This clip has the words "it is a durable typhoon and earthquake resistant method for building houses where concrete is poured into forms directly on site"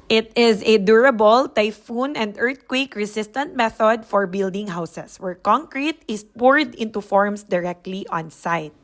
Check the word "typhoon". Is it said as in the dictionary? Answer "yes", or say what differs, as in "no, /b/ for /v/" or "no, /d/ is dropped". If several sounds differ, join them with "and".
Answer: yes